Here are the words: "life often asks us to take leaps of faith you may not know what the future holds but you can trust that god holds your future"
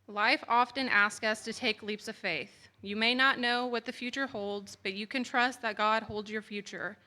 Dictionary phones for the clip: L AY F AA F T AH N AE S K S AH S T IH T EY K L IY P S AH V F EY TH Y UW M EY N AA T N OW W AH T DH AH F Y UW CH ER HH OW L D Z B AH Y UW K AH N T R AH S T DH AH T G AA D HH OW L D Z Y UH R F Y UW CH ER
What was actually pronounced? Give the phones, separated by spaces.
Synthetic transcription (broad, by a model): L AY F AA F T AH N AE S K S AH S T IH T EY K L IY P S AH V F EY TH Y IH M EY N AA T N OW W AH T DH AH F Y UW CH ER HH OW L D Z B AH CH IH K AH N T R AH S T DH AH T G AA D HH OW L D Z Y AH R F Y UW CH ER